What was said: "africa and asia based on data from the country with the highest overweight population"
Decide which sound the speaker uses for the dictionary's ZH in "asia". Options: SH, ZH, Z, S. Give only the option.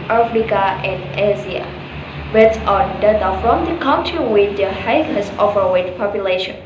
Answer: Z